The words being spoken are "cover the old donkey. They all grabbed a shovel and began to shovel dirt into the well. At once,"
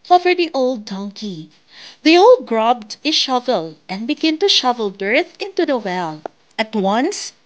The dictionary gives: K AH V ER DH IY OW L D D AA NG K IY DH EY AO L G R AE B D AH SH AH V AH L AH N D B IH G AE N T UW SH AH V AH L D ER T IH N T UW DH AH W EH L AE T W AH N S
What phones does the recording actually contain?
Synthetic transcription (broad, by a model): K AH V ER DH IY OW L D D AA NG K IY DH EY AO L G R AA B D AH SH AH V AH L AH N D B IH G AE N T UW SH AH V AH L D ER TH IH N T UW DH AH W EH L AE T W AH N S